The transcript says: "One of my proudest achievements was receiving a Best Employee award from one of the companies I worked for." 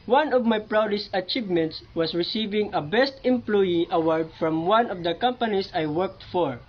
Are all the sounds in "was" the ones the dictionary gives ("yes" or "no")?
no